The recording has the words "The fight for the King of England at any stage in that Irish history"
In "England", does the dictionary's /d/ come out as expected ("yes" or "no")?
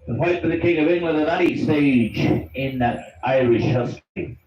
no